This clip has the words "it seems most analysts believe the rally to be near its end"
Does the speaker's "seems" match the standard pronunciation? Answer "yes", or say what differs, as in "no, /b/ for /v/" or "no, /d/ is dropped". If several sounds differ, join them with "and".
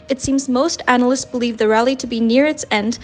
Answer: yes